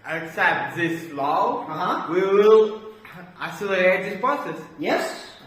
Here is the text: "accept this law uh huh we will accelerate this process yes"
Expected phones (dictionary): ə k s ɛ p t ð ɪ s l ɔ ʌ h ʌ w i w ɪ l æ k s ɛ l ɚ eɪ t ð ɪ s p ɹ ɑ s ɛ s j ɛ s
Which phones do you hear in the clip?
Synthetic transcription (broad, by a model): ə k s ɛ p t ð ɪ s l ɔ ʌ h ʌ w i w ɪ l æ s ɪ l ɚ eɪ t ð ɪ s p ɹ ɑ s ɛ s j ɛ s